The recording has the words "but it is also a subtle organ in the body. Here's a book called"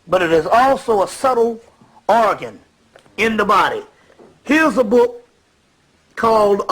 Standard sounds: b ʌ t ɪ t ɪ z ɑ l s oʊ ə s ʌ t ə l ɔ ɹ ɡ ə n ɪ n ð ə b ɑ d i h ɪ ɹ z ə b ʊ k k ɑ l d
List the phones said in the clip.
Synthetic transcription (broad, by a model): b ʌ t ɪ t ɪ z ɑ l s oʊ ə s ʌ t l ɔ ɹ ɡ ə n ɪ n ð ə b ɑ d i h ɪ ɹ z ə b ʊ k k ɑ l d